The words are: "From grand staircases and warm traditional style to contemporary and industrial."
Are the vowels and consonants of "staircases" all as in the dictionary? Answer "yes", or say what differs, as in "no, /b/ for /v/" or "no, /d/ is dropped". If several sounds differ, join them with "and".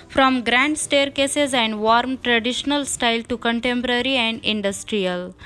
yes